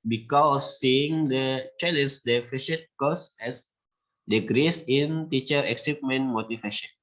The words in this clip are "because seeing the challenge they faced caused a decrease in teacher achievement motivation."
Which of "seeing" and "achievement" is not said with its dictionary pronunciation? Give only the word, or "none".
achievement